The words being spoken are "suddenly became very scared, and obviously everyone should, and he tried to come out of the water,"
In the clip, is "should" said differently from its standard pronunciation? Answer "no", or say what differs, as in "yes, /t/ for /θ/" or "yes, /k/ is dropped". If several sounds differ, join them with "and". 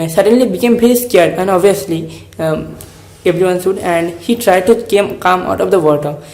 yes, /s/ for /ʃ/